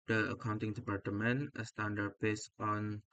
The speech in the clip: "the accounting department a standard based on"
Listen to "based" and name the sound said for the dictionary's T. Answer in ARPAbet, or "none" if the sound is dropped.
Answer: none